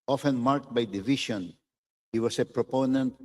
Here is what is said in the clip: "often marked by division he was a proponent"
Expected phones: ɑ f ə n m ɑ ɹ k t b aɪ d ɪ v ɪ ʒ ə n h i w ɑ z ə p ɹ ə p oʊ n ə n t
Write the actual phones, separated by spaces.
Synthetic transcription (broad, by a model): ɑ f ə n m ɑ ɹ k t b aɪ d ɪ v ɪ ʃ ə n h i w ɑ s ə p ɹ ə p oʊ n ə n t